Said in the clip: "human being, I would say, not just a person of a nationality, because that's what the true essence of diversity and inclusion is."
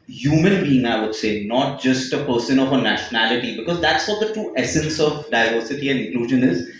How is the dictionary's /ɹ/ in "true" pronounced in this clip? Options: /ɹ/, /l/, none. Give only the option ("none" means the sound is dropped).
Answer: none